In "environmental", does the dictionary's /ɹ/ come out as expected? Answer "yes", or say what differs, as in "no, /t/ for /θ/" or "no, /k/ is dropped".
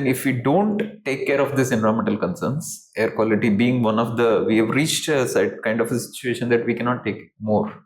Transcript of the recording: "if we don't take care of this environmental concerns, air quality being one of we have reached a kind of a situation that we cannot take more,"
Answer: no, /ɹ/ is dropped